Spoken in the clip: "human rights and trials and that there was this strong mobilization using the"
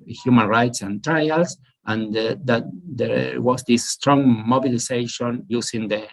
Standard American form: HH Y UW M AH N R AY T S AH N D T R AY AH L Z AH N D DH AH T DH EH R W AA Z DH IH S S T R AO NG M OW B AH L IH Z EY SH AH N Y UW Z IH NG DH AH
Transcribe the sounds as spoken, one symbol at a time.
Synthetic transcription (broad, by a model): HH Y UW M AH N R AY T S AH N T R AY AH L S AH N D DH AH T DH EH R W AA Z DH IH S S T R AO NG M OW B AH L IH S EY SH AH N Y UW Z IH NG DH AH